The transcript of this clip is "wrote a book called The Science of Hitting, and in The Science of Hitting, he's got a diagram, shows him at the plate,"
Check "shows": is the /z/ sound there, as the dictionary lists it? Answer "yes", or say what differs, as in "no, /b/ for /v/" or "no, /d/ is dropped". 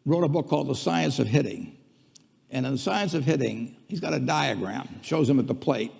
yes